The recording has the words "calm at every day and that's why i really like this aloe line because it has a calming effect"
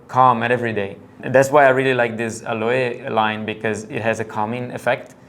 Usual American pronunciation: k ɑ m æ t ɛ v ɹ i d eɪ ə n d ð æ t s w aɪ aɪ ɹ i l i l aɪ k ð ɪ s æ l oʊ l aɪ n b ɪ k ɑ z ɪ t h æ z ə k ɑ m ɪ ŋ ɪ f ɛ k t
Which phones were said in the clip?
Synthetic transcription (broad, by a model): k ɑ m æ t ɛ v ɹ i d eɪ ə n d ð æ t s w aɪ aɪ ɹ i l i l aɪ k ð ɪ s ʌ l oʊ l aɪ n b ɪ k ɑ z ɪ t h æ z ə k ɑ m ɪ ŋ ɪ f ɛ k t